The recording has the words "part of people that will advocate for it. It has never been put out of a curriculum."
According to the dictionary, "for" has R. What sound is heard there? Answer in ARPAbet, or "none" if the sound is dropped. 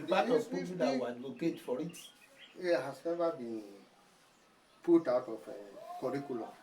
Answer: R